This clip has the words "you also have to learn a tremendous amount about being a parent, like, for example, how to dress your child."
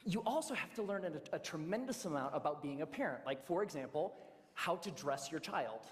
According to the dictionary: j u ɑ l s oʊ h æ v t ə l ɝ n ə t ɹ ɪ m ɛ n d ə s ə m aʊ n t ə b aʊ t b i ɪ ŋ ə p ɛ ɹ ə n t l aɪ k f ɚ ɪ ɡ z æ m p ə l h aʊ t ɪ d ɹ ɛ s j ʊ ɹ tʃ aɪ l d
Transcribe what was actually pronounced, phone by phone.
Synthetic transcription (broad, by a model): j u ɑ l s oʊ h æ f t ə l ɝ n ə t ɹ ɪ m ɛ n d ə s ə m aʊ n t ə b aʊ t b i ɪ ŋ ə p ɛ ɹ ə n t l aɪ k f ɚ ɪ ɡ z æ m p l h aʊ t ɪ d ɹ ɛ s j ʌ ɹ tʃ aɪ l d